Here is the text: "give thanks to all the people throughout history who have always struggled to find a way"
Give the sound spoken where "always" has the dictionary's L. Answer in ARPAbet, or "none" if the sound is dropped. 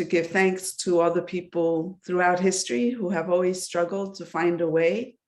L